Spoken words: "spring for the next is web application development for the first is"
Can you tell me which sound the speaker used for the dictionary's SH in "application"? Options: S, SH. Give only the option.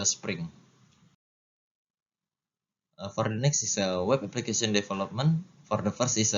S